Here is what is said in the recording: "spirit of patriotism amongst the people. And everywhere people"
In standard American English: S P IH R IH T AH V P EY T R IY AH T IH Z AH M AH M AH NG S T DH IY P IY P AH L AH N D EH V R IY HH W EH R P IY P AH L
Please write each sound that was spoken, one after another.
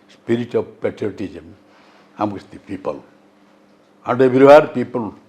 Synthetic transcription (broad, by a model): S P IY R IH T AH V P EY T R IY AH T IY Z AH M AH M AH S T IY P IY P AH L AH N D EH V IY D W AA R P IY P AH L